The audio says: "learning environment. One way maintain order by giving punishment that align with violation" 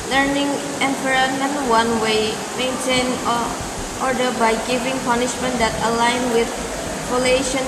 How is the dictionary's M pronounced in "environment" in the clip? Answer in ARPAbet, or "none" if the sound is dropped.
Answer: none